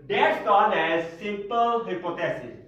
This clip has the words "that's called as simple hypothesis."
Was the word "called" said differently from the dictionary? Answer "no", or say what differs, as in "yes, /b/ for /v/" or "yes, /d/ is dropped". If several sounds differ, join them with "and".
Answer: yes, /d/ is dropped